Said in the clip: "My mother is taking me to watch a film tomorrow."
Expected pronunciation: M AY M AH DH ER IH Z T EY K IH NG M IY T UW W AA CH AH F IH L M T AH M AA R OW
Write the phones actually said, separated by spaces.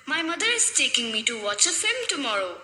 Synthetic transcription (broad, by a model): M AY M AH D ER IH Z T EY K IH NG M IY T UW W AA CH AH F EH M T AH M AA R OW